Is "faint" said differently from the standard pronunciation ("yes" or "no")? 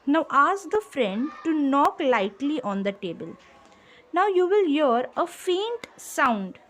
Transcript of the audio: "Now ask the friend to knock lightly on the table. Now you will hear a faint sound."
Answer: no